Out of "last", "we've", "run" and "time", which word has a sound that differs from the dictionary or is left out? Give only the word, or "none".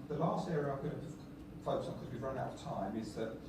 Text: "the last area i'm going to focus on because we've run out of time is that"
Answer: none